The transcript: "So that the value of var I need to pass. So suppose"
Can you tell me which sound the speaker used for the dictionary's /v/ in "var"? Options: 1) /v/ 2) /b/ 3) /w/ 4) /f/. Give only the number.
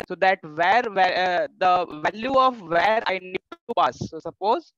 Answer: 1